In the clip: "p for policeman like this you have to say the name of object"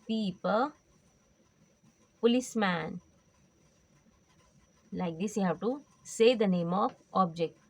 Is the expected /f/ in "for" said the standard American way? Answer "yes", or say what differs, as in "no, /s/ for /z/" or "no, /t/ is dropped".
no, /p/ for /f/